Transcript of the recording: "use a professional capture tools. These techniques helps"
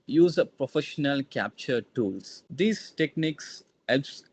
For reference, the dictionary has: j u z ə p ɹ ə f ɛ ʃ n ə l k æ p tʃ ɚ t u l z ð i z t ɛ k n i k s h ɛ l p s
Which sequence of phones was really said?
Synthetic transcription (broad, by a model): j u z ə p ɹ ə f ɛ ʃ n ə l k æ p tʃ ɚ t u l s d i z t ɛ k n i k s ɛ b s